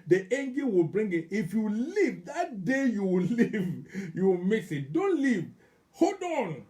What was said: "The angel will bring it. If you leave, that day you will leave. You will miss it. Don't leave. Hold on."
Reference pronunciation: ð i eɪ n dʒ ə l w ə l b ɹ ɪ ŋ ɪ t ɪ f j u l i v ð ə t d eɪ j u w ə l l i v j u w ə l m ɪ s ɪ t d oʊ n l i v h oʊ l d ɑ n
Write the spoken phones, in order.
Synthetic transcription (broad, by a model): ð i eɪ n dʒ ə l w ə l b ɹ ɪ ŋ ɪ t ɪ f j u l i v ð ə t d eɪ j u w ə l l i v j u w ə m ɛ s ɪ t d oʊ n l i v h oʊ d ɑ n